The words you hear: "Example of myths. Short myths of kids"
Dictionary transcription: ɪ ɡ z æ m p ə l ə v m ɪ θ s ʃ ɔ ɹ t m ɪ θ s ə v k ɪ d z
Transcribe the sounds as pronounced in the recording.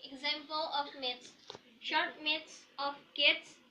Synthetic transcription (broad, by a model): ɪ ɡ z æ m p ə l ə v m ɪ t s ʃ ɔ ɹ t m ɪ t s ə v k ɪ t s